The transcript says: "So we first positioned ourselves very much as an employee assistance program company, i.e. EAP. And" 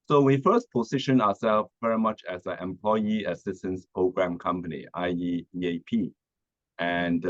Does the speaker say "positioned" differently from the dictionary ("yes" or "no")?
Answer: yes